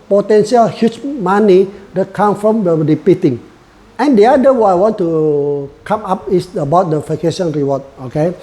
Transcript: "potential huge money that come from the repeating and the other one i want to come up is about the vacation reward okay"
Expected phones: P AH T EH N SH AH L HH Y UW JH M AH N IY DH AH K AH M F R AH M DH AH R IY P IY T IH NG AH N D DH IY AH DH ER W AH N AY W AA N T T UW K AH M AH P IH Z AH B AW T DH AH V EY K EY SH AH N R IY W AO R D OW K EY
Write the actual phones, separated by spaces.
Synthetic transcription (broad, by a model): P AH T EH N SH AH L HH Y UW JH M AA N IY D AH K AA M F R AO M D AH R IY P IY T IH NG AH N D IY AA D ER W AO AY W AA N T T UW K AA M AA P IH S AH B AW T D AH F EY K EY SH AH N R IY W AO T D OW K EY